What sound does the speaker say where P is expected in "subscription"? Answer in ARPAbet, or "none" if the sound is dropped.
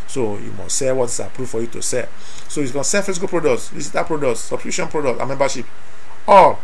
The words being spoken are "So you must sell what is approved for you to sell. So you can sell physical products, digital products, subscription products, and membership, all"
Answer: none